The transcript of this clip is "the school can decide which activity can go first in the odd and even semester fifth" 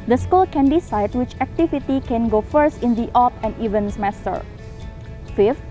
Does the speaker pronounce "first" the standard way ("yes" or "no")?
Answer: yes